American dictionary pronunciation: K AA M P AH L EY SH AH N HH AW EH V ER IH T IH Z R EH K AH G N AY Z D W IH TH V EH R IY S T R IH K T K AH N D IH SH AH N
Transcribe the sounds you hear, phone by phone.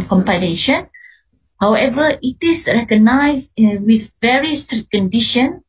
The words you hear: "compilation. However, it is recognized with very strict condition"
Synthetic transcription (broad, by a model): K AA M P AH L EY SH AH N HH AW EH V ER IH T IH S R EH K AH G N AY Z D W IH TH V EH R IY S T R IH T K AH N D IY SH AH N